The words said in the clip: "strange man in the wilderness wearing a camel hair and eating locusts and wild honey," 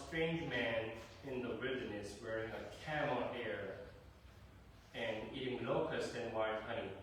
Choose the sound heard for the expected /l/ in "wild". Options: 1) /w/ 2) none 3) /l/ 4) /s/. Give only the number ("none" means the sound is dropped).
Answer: 2